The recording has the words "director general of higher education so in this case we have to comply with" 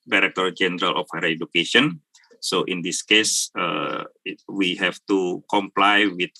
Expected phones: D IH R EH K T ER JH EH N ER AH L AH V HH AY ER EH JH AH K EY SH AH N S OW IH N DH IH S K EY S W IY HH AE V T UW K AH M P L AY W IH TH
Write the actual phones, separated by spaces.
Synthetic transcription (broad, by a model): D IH R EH K T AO JH EH N ER AH L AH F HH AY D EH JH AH K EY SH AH N S OW IH N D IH S K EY S W IY HH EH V T UW K AH M P L AY W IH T